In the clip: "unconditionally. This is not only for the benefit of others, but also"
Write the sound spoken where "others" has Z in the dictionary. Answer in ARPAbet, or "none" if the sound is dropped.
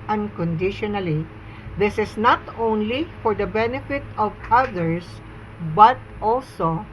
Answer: S